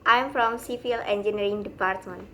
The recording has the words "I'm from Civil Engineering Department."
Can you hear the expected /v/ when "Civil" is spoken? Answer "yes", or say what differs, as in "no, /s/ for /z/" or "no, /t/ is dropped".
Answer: no, /f/ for /v/